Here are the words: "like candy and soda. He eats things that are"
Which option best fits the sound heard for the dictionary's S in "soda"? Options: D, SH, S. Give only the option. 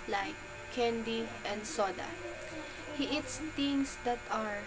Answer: S